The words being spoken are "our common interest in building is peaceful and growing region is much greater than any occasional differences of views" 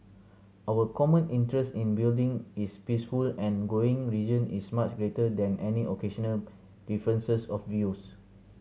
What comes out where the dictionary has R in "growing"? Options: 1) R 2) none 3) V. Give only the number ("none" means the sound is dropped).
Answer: 2